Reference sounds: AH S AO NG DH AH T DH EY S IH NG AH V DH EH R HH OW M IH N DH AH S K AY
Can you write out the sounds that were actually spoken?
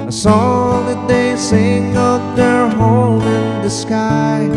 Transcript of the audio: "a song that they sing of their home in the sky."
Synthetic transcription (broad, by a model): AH S AO DH AH T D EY S IH NG AH P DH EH R HH OW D IH N DH AH S K AY